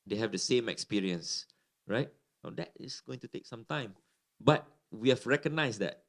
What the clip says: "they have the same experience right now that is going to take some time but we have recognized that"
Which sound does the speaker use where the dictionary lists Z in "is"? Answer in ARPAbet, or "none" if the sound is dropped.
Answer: S